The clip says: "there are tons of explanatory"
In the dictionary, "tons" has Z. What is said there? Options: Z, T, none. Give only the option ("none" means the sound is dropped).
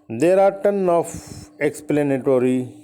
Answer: none